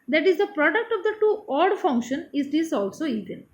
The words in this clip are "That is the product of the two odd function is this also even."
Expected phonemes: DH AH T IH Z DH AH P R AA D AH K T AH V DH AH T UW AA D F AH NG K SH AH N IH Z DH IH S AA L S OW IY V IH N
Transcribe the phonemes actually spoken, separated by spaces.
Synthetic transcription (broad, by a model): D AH T IH Z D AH P R AA D AH K T AH V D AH T UW AA D F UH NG K SH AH N IH Z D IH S AA L S OW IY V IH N